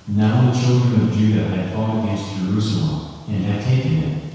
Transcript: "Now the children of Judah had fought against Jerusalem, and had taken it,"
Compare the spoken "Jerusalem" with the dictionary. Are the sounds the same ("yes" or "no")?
yes